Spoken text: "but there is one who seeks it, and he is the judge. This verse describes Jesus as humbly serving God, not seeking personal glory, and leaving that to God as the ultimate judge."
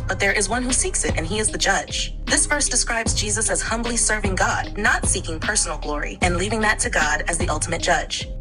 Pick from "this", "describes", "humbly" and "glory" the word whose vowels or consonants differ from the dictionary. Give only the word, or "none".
none